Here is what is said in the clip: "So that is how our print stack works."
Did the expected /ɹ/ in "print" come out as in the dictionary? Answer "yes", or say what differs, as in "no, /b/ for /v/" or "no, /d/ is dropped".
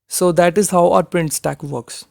yes